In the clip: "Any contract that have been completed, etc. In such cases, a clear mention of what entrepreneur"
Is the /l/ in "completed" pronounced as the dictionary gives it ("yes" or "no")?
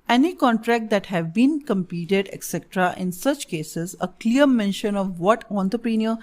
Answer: no